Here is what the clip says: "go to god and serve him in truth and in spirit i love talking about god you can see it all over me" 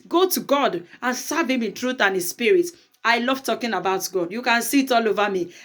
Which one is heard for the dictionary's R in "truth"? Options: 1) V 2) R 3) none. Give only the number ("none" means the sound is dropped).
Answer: 2